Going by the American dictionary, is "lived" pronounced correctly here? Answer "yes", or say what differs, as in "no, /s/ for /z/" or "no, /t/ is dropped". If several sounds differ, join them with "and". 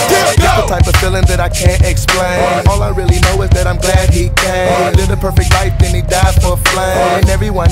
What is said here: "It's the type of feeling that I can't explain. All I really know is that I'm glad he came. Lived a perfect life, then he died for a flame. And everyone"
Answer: no, /v/ is dropped